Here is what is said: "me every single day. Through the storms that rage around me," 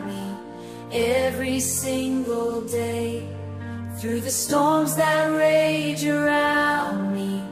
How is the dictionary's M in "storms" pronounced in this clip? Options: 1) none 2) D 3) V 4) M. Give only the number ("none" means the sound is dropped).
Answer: 4